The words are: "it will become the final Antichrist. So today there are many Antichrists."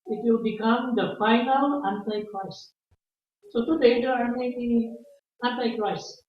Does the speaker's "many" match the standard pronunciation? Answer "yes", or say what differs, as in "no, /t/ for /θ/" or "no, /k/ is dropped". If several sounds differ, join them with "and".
no, /n/ is dropped